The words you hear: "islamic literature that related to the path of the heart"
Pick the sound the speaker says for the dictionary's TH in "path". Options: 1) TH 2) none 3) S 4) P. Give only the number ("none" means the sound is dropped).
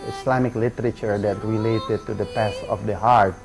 3